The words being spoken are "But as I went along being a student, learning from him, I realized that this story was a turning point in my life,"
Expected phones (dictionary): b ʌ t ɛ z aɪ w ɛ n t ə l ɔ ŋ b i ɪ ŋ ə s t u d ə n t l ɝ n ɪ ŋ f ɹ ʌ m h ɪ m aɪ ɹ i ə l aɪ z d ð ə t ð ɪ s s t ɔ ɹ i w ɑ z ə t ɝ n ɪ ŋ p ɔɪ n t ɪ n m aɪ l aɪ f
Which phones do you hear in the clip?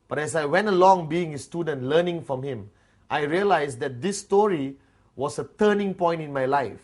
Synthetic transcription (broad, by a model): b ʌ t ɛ s aɪ w ɛ n t ə l ɔ ŋ b i ɪ ŋ ə s t u d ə n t l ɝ n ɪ ŋ f ɹ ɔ m h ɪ m aɪ ɹ i ə l aɪ s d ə t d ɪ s s t ɔ ɹ i w ɑ s ə t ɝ n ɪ ŋ p ɔɪ n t ɪ n m aɪ l aɪ f